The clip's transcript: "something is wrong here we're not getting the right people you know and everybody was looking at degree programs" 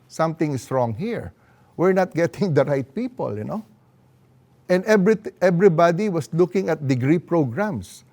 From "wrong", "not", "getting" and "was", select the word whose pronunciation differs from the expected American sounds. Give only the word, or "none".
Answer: was